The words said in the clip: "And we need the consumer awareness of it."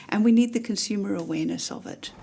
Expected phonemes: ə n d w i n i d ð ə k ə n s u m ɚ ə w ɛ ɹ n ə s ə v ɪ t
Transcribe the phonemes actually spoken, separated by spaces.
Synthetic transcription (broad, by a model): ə n w i n i d ð ə k ə n s u m ɚ ə w ɛ ɹ n ə s ə v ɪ t